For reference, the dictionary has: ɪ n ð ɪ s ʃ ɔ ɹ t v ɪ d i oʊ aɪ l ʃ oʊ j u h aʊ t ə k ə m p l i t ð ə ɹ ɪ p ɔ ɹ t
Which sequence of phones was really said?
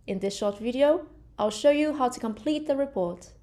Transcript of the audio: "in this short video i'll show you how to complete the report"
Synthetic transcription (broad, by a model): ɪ n ð ɪ s ʃ ɔ ɹ t v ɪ d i oʊ aɪ l ʃ oʊ j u h aʊ t ə k ə m p l i t ð ə ɹ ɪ p ɔ ɹ t